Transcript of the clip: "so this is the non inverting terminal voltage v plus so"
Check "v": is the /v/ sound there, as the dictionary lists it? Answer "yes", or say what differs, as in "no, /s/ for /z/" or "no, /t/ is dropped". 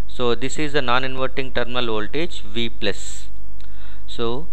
yes